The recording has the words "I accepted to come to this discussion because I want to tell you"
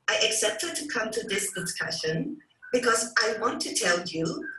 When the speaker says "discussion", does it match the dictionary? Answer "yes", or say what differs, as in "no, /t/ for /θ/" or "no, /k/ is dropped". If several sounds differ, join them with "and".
yes